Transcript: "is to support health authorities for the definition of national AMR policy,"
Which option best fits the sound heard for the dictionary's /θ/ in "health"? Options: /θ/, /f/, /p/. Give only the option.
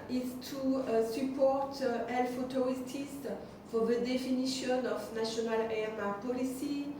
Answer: /f/